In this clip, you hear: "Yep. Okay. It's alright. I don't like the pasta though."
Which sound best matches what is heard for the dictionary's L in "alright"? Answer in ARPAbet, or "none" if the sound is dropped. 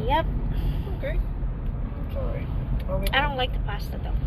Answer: none